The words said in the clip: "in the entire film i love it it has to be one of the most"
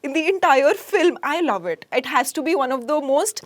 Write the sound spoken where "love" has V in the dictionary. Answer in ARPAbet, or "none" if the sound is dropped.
V